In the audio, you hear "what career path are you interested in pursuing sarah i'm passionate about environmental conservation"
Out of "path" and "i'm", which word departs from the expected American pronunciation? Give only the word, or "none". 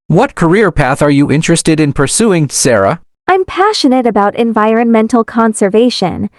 none